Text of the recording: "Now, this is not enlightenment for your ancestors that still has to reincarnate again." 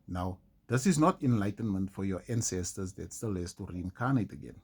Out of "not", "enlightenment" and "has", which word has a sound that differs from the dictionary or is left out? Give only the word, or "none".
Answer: has